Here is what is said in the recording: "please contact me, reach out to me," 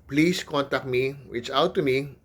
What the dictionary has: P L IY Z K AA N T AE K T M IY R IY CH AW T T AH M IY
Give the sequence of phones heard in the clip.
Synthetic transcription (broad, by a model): P L IY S K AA N T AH K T M IY W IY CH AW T T AH M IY